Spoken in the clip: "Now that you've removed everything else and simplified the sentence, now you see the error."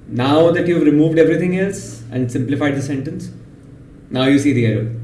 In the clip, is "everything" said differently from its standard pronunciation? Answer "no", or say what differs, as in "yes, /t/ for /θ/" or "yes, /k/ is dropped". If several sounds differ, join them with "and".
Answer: yes, /t/ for /θ/